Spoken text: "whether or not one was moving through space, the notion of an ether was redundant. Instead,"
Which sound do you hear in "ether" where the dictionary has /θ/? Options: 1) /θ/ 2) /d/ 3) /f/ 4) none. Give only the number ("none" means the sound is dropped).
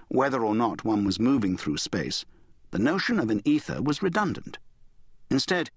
1